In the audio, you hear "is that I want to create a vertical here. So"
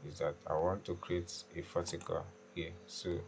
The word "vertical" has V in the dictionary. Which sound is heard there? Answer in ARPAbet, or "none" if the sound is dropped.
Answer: F